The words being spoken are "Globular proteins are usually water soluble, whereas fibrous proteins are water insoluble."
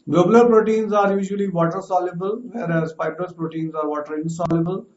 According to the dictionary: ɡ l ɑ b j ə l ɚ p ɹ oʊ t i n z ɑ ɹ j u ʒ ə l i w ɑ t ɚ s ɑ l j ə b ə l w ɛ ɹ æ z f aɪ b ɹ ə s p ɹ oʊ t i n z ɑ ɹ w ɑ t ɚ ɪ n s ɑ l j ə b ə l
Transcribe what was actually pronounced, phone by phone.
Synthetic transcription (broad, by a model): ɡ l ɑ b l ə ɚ p ɹ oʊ t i n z ɑ ɹ j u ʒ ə l i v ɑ t ɚ s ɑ l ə b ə l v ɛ ɹ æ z p aɪ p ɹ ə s p ɹ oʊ t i n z ɑ ɹ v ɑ t ɚ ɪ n s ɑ l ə b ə l